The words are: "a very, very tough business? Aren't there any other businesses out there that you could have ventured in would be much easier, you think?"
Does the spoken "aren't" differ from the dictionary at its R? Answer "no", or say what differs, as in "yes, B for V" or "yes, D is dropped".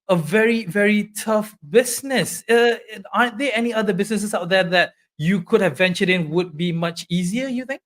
yes, R is dropped